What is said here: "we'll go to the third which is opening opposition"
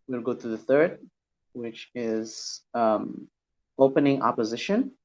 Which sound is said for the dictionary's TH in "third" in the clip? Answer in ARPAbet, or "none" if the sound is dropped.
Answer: TH